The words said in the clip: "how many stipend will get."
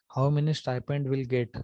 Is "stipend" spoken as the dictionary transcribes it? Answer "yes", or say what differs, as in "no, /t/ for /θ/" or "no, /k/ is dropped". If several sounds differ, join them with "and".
yes